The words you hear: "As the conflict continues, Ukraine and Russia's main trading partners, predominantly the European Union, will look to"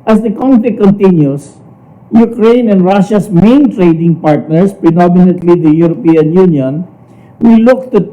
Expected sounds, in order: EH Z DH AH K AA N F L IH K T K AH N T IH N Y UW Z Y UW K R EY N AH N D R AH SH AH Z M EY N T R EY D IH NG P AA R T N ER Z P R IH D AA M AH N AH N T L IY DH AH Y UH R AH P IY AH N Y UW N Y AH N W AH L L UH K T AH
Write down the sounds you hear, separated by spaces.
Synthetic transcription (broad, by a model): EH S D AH K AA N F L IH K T K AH N T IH N Y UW S Y UW K R EY N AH N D R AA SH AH S M EY N T R EY D IH NG P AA R T N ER S P R IH D AA M AH N AH N T L IY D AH Y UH R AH P IY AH N Y UW N Y AH N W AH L L UH K T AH